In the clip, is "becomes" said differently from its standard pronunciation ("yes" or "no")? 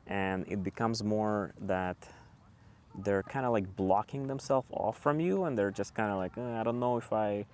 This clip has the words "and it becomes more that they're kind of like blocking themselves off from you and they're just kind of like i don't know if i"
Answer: no